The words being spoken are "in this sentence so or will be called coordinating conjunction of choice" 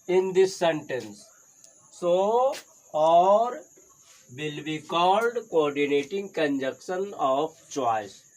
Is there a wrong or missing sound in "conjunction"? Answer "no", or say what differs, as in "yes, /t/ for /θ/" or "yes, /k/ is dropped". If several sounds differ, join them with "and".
yes, /ŋ/ is dropped